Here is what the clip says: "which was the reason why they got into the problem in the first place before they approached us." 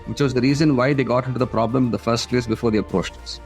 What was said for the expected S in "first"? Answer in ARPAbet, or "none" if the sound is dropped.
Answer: S